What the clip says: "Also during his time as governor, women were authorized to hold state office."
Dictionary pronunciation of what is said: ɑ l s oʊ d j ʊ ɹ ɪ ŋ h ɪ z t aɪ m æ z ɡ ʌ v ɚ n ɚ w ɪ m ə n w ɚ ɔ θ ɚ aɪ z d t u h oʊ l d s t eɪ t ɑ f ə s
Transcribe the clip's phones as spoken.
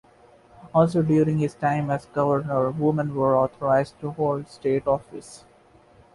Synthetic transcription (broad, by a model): ɑ l s oʊ d j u ɹ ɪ ŋ h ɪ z t aɪ m æ z ɡ ʌ v ɚ n ɚ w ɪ m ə n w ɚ ɔ t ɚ aɪ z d t u h oʊ l d s t eɪ t ɑ f ə s